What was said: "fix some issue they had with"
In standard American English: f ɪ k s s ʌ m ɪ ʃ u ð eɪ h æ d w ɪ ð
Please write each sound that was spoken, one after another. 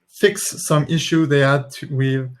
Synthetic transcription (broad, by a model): f ɪ k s s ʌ m ɪ ʃ u ð eɪ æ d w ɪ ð